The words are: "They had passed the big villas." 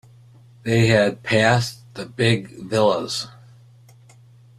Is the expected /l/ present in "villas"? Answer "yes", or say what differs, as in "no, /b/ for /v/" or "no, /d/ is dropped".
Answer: yes